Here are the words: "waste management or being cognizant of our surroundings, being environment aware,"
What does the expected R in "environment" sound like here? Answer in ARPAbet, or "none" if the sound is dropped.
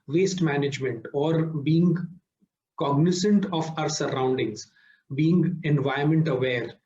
none